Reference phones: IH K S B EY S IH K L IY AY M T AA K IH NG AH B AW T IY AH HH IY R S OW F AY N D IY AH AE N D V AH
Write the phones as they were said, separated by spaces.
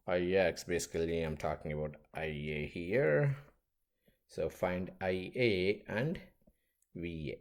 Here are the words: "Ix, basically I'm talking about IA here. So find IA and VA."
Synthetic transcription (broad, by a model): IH K S B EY S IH K L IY AY M T AA K IH NG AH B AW T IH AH HH IY R S OW F AY N D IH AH AE N D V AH